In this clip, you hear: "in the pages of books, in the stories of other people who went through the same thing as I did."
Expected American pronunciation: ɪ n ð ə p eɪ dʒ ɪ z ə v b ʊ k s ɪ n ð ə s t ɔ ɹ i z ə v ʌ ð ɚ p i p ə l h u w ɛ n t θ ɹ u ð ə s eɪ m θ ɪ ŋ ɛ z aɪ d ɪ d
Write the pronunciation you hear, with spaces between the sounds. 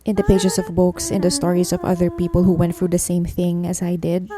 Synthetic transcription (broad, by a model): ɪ n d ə p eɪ dʒ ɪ s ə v b ʊ k s ɪ n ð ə s t ɔ ɹ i s ə v ʌ ð ɚ p i p ə l h u w ɛ n t θ ɹ u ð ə s eɪ m θ ɪ ŋ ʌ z aɪ d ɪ d